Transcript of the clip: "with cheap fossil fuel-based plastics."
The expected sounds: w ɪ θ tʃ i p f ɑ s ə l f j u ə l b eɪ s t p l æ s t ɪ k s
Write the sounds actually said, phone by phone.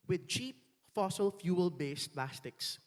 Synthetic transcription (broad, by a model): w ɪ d tʃ i p f ɑ s ə l f j u ə l b eɪ s p l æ s t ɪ k s